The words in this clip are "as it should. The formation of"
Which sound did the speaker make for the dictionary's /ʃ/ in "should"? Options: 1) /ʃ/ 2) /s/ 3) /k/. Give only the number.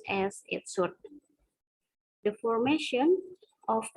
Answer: 2